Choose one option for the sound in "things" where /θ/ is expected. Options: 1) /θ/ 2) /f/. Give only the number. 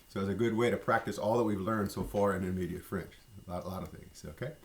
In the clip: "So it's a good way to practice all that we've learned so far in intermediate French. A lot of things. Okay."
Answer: 1